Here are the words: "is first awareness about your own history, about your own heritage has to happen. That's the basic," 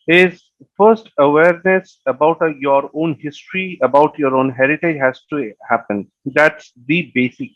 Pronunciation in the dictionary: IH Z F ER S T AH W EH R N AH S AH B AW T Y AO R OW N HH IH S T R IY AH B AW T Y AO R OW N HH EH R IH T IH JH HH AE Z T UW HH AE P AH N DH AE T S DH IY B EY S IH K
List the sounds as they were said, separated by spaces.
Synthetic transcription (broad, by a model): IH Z F ER S T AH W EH R N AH S AH B AW T Y AO R OW N HH IH S T R IY AH B AW T Y AO R OW N HH EH R IH T IH JH HH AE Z T UW HH AE P AH N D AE T S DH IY B EY S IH K